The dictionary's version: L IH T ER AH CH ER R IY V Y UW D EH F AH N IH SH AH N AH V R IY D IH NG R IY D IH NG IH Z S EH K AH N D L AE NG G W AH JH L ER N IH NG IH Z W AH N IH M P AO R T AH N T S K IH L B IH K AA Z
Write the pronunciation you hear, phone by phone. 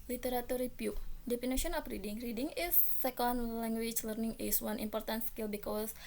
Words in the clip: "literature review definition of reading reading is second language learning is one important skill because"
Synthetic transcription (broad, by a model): L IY T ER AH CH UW R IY P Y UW D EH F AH N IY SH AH N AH F R IY D IH NG R IY D IH NG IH S EH K AH N D L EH NG G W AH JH L ER N IH NG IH S W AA N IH M P AO R T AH N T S K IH L B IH K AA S